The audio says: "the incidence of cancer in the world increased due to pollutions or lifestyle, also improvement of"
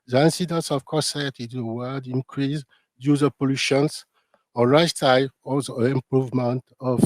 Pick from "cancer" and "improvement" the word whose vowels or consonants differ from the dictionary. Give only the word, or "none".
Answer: cancer